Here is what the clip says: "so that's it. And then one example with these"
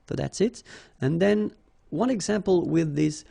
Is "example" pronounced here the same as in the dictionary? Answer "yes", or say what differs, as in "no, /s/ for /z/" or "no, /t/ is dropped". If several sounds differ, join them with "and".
yes